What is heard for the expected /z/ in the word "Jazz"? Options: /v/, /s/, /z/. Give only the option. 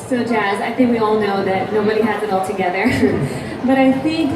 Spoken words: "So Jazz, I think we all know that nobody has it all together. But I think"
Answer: /z/